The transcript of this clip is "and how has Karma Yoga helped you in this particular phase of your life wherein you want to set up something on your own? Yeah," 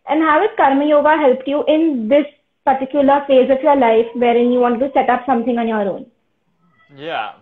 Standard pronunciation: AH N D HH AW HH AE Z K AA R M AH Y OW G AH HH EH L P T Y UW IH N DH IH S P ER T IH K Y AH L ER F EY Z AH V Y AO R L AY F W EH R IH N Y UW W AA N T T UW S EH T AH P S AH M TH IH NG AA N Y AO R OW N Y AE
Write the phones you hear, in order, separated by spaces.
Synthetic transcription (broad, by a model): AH N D HH AW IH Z K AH R M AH Y OW G AH HH EH L P T Y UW IH N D IH S P ER T IH K Y AH L ER F EY Z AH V Y AO R L AY F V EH R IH N Y UW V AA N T T UW S EH T AH P S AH M T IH NG AA N Y AO R OW N Y